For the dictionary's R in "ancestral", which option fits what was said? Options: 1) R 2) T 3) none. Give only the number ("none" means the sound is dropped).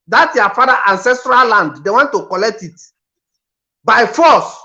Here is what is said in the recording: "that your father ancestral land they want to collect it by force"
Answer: 1